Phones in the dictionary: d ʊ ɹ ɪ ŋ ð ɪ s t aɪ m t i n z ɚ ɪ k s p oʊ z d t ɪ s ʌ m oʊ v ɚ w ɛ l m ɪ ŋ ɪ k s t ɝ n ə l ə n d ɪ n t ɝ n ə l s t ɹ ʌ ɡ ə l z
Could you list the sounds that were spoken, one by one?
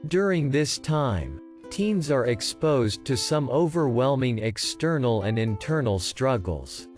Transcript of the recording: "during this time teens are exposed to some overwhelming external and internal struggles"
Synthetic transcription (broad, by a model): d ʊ ɹ ɪ ŋ ð ɪ s t aɪ m t i n z ɚ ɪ k s p oʊ z t ɪ s ʌ m oʊ v ɚ w ɛ l m ɪ ŋ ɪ k s t ɝ n l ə n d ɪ n t ɝ n l s t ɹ ʌ ɡ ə l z